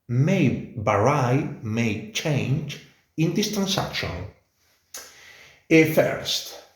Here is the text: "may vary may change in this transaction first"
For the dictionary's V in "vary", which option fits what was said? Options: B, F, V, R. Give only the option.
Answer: B